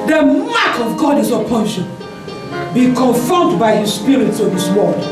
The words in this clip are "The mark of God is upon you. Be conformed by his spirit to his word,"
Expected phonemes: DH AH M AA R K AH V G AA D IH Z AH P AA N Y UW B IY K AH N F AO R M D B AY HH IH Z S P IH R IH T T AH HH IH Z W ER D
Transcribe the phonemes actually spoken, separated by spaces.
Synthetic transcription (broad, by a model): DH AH M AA K AH V G AA D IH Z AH P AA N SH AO B IY K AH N F R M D B AY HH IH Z S P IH R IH T S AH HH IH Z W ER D